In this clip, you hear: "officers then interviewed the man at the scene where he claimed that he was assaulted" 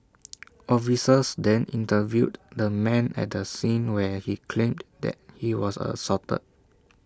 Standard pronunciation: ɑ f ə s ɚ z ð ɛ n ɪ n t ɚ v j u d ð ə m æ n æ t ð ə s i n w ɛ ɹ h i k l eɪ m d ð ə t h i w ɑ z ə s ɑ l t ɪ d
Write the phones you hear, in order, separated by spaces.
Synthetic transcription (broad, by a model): ɑ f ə s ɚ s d ɛ n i n t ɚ v j u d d ə m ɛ n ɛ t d ə s i n w ɛ h i k l eɪ m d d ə t h i w ɑ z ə s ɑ t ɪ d